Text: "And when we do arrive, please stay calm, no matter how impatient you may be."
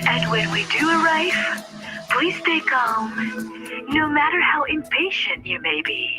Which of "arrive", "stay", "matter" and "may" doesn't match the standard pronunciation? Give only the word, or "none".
arrive